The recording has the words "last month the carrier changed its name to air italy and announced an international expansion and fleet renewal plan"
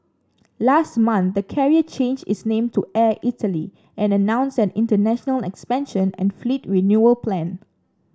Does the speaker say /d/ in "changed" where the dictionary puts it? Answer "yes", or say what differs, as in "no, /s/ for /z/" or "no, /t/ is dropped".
no, /d/ is dropped